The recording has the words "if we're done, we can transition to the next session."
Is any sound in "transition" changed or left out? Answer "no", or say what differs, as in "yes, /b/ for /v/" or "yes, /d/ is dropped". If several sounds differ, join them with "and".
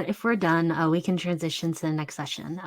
no